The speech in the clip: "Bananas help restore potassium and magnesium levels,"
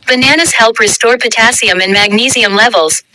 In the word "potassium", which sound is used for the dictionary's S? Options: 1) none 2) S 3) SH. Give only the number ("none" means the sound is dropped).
2